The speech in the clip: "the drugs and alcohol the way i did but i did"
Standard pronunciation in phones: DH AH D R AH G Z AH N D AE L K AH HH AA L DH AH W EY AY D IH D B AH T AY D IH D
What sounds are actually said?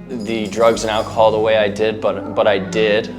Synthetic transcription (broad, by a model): DH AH D R AH G Z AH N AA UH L K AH HH AA L DH AH W EY AY D IH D B AH T AY D IH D